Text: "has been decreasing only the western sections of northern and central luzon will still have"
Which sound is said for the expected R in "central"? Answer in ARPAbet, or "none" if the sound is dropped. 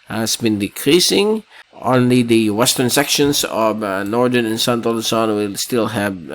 none